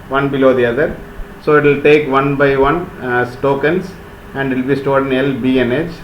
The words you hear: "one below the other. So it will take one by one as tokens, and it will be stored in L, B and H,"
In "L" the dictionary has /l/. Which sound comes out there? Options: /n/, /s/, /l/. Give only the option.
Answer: /l/